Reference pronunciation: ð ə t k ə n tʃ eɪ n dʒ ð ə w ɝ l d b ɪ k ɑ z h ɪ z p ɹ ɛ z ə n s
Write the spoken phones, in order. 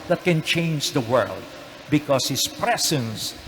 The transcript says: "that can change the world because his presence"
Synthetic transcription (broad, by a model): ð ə t k ə n tʃ eɪ n dʒ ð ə w ɝ l d b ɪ k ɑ s h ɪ s p ɹ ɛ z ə n s